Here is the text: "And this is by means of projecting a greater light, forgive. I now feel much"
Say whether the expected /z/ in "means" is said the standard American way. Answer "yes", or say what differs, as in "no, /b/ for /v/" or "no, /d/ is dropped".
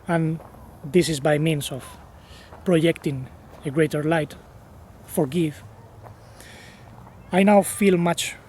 no, /s/ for /z/